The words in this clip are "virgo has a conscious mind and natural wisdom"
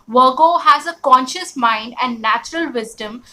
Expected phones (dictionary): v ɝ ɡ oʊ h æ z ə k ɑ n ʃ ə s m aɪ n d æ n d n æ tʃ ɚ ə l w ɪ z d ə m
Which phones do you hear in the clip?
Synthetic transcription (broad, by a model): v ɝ ɡ oʊ h æ z ə k ɑ n ʃ ə s m aɪ n d æ n d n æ tʃ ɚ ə l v ɪ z d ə m